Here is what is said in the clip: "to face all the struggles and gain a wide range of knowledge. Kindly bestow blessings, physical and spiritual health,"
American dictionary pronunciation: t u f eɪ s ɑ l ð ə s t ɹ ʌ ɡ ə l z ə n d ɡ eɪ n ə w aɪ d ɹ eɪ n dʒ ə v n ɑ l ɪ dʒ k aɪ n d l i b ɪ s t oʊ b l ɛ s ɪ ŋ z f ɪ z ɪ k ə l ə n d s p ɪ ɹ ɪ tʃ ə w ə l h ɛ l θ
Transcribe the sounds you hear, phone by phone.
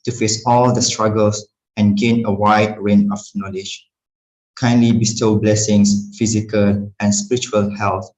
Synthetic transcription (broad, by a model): t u f eɪ s ɑ l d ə s t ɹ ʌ ɡ ə l s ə n ɡ eɪ n ə w aɪ d ɹ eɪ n ə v n ɑ l ɪ dʒ k aɪ n d l i b ɪ s t oʊ b l ɛ s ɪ ŋ s f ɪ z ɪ k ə l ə n s p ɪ ɹ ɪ tʃ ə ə l h ɛ l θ